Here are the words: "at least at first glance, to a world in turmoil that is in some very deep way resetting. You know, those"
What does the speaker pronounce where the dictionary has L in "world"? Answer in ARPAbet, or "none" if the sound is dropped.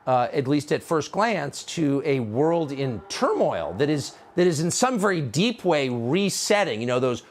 L